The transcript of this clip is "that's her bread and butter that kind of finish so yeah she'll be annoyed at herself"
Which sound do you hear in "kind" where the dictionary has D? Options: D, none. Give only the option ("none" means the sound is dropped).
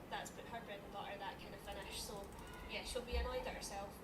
none